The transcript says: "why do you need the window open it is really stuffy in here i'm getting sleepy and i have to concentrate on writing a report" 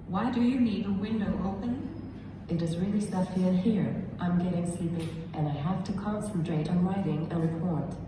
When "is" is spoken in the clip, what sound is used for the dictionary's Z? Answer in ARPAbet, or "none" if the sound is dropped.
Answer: Z